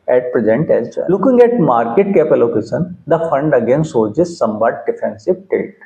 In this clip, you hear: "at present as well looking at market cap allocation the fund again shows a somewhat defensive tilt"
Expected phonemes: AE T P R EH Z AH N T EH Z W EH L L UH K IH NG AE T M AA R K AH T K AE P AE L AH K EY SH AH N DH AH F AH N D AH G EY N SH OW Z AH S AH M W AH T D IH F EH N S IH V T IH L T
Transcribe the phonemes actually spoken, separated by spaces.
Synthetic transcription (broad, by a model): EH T P R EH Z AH N T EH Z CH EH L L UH K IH NG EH T M AA R K AH T K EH P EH L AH K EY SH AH N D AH F AH N D AH G EY N S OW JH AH S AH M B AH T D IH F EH N S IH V T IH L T